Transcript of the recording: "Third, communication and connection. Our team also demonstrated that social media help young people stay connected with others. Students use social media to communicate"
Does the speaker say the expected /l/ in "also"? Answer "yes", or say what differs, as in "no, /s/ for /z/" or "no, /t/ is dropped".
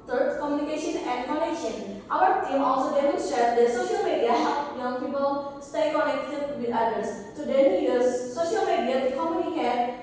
yes